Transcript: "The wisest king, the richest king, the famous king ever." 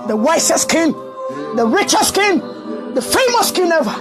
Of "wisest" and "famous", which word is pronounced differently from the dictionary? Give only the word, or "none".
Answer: wisest